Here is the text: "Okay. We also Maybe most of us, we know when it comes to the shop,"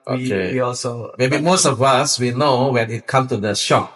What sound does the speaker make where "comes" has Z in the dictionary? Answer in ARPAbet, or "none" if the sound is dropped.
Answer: none